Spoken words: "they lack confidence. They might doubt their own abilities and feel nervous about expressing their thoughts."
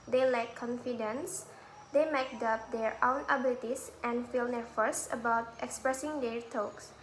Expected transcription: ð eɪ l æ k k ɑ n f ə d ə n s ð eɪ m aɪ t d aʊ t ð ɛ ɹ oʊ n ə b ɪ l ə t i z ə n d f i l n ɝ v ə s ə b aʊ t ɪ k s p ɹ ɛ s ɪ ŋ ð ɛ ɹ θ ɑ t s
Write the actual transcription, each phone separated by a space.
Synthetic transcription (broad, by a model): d eɪ l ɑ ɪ k ɑ n f ə d ə n s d eɪ m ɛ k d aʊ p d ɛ ɹ oʊ n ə b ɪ l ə t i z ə n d f i l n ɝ f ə s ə b aʊ t ɪ k s p ɹ ɛ s ɪ ŋ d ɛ ɹ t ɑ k s